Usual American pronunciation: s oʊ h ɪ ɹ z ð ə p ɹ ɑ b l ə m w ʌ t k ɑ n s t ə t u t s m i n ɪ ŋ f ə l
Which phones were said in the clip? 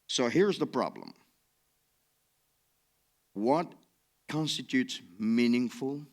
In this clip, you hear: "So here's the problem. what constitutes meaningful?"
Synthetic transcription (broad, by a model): s oʊ h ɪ ɹ z ð ə p ɹ ɑ b l ə m w ʌ t k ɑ n s t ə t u t s m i n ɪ ŋ f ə l